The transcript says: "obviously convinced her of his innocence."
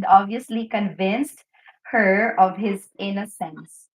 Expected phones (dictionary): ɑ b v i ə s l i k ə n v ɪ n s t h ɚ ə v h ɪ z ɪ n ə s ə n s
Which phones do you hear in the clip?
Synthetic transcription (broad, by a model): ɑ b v i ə s l i k ə n v ɪ n s t h ɚ ə v h ɪ z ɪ n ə s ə n s